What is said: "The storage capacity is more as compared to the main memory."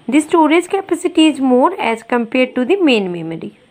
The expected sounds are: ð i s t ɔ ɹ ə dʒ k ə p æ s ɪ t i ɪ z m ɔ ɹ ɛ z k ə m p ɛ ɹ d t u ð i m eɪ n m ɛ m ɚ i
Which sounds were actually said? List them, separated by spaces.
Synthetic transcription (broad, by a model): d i s t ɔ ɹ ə z k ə p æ s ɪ t i ɪ z m ɔ ɹ ɛ z k ə m p ɛ ɹ d t u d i m eɪ n m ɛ m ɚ i